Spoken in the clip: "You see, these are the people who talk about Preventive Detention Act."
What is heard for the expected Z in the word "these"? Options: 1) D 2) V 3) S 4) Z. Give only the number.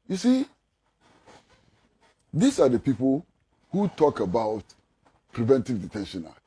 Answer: 3